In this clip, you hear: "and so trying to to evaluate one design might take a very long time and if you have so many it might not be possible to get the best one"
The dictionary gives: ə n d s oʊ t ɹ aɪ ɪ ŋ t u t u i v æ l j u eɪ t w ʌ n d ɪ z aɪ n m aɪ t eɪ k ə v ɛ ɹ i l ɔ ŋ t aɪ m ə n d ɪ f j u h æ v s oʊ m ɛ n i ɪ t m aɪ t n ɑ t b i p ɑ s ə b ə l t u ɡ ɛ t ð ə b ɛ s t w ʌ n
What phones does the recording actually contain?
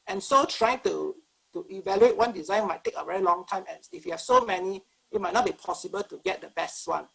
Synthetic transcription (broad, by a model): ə n s oʊ t ɹ aɪ ɪ ŋ t u t u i v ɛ l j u eɪ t w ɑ n d ɪ z aɪ n m aɪ t eɪ k ə v ɛ ɹ i l ɔ ŋ t aɪ m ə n ɪ f j u h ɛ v s oʊ m ɛ n i ɪ t m aɪ t n ɑ t b i p ɑ s ə b ə l t u ɡ ɛ t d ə b ɛ s t w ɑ n